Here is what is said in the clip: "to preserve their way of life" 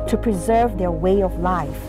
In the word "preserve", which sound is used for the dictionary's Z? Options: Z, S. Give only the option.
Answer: Z